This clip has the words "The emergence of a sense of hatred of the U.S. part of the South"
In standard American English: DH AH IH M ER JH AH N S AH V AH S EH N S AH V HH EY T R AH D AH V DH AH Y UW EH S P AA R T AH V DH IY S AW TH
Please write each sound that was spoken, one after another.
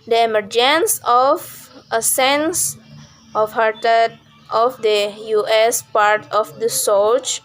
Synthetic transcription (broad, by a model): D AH IH M ER JH AH N S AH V AH S EH N S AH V HH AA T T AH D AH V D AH Y UW EH S P AA R T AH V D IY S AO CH